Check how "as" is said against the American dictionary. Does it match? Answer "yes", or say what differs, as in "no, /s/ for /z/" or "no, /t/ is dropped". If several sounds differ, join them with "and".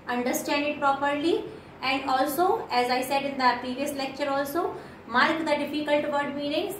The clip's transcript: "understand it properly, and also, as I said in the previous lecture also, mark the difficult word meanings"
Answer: yes